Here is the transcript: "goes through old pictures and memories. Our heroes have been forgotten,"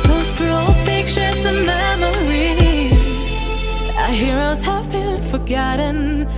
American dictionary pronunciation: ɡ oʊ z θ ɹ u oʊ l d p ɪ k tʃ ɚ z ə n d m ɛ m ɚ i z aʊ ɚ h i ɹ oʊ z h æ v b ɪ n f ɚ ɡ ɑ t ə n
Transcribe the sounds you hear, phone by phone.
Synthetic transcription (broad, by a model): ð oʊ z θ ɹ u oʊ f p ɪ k ʃ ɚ s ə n m ɛ m ɚ i z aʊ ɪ h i ɹ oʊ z h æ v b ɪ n f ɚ ɡ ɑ t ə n